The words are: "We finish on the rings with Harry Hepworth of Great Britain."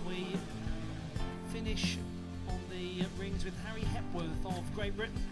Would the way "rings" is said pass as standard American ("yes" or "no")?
yes